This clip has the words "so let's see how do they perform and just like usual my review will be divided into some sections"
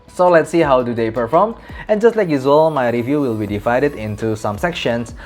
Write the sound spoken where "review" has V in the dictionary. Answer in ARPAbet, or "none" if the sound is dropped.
V